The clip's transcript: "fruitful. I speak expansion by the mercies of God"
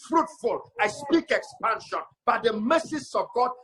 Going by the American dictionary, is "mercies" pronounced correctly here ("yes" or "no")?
no